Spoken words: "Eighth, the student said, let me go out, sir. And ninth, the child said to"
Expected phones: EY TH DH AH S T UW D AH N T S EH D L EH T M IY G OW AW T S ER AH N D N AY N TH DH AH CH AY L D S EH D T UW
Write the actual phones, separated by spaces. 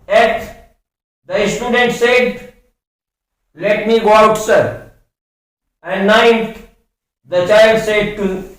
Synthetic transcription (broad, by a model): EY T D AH S T UW D AH N T S EH D L EH T M IY G OW AW T S ER AH N D N AY N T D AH CH AY L D S EH D T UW